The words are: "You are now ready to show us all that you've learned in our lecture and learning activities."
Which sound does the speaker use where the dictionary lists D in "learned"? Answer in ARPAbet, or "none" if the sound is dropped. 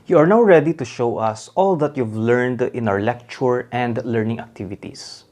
D